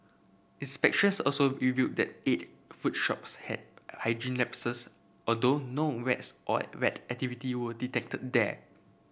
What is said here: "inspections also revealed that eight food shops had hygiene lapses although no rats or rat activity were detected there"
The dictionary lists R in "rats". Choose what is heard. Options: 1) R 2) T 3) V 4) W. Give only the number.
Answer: 4